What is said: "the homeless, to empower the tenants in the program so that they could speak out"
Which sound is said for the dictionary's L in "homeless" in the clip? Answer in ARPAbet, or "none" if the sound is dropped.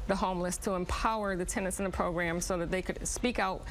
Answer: L